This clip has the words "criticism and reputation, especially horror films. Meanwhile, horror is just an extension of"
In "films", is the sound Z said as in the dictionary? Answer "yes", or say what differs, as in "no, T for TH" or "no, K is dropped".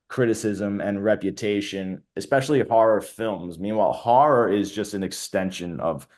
yes